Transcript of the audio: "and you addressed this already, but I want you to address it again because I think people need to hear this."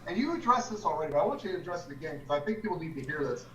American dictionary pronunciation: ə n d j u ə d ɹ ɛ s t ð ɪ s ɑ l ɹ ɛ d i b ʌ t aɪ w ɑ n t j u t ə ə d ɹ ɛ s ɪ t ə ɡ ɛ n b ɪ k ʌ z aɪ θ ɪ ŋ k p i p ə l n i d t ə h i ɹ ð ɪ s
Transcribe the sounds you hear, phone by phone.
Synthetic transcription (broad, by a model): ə n j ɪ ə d ɹ ɛ s ð ɪ s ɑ l ɹ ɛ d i b ʌ t aɪ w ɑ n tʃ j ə ə d ɹ ɛ s ɪ t ə ɡ ɛ n k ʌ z aɪ θ ɪ ŋ k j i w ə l l i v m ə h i ɹ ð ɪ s